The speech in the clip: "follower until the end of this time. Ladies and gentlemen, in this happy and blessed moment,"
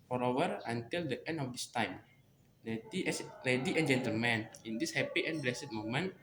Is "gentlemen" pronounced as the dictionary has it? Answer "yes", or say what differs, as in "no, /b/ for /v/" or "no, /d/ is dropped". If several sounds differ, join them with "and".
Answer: yes